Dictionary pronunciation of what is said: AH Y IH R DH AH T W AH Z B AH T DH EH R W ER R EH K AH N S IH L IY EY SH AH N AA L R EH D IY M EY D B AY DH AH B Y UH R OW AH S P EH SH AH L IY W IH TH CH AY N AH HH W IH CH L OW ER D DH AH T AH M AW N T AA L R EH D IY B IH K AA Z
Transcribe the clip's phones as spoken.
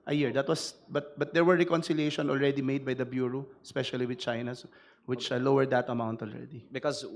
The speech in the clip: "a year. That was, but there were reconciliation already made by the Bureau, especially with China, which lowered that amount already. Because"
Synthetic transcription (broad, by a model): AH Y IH R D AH T W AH S B AH T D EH R W ER R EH K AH N S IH L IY EY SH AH N AA L R EH D IY M EY D B AY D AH B Y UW R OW S P EH SH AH L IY W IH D CH AY N AH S W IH CH L OW ER D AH T AH M AW N T AA L R EH D IY B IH K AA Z